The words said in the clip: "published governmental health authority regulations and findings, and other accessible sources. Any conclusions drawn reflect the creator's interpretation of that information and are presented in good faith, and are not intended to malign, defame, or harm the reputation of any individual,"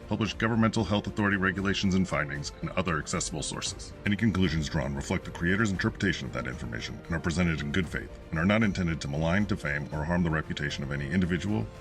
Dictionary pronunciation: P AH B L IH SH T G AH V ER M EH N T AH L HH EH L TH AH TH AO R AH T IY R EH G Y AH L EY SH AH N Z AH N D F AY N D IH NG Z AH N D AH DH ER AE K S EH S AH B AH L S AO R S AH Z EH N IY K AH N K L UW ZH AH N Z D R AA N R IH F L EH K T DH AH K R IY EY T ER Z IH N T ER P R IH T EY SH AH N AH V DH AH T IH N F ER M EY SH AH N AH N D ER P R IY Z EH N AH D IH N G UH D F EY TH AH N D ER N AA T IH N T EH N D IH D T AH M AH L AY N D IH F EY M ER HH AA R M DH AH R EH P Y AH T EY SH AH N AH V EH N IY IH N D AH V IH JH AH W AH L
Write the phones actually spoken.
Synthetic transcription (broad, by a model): P AH B L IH SH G AH V ER M EH N T L HH EH L TH AH TH AO R AH T IY R EH G Y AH L EY SH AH N Z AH N F AY N D IH NG Z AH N AH DH ER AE K S EH S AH B L S AO R S AH Z EH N IY K AH N K L UW ZH AH N Z D R AA N R IH F L EH K T DH AH K R IY EY T ER Z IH N T ER P R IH T EY SH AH N AH V DH AH T IH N F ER M EY SH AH N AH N ER P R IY Z EH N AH D IH N G UH D F EY TH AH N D ER N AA T IH N T EH N D IH D T AH M AH L AY N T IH F EY M ER HH AA R M DH AH R EH P Y AH T EY SH AH N AH V EH N IY IH N D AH V IH JH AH W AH L